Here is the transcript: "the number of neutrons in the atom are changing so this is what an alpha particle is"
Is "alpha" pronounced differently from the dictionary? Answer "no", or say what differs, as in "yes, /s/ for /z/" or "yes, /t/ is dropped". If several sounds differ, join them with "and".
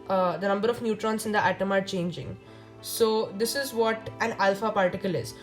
no